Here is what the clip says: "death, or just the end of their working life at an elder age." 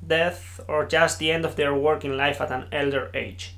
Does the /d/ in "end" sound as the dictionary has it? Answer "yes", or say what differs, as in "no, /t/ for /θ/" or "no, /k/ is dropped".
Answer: yes